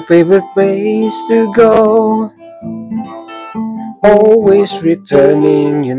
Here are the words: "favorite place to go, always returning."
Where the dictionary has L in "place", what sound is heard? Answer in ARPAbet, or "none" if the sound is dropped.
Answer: none